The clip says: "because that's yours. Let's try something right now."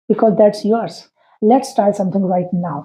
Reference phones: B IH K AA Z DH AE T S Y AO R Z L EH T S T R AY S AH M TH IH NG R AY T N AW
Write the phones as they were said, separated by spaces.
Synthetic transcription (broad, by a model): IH K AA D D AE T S Y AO R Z L EH T S T AY S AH M T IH NG R AY T N AW